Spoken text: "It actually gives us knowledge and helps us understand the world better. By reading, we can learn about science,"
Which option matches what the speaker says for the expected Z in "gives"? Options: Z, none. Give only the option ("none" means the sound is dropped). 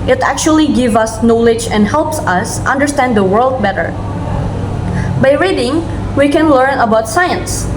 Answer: none